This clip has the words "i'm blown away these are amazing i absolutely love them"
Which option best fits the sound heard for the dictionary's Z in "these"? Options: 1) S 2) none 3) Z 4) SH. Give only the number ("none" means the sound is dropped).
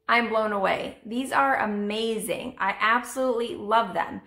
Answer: 3